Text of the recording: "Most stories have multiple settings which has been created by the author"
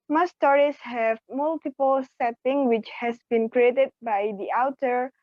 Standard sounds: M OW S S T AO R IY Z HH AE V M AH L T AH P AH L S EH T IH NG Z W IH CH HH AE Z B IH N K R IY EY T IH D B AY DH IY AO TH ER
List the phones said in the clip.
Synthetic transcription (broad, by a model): M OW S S T AO R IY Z HH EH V M AH L T AH P AH L S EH T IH NG W IH CH HH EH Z B IH N K R IY EY T IH D B AY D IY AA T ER